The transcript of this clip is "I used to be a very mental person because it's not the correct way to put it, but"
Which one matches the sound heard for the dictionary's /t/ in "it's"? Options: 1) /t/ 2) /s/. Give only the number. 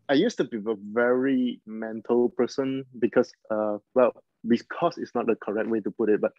2